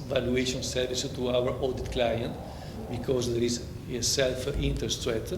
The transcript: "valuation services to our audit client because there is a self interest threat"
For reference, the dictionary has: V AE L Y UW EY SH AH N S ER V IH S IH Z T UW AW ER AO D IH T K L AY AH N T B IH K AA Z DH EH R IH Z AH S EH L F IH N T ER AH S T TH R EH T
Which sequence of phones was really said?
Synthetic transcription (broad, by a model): V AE L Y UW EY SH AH N S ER V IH S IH T UW AW ER AO D IH T K L AY AH N T B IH K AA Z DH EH R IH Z AH S EH L F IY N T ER S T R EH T